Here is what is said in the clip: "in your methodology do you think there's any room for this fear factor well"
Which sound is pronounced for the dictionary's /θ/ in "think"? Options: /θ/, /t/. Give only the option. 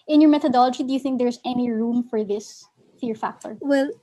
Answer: /θ/